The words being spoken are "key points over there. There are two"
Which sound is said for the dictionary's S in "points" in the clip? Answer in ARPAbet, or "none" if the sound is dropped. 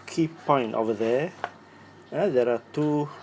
none